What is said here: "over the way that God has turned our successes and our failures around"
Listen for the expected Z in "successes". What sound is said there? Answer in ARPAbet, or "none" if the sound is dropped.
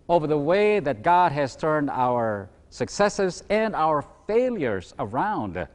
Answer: Z